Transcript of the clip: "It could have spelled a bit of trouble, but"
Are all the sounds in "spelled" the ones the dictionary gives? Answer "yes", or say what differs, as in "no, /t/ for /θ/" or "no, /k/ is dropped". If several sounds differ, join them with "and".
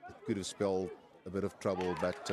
yes